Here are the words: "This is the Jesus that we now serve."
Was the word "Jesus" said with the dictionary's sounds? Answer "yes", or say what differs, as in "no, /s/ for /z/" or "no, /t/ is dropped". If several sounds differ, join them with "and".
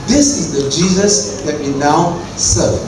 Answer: yes